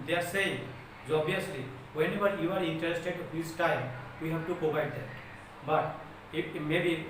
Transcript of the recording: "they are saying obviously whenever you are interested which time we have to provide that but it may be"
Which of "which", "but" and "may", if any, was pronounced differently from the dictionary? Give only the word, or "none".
which